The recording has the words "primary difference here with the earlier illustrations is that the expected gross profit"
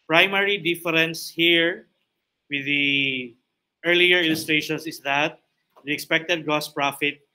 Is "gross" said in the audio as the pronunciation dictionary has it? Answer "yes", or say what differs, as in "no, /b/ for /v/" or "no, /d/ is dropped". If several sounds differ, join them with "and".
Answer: no, /ɹ/ is dropped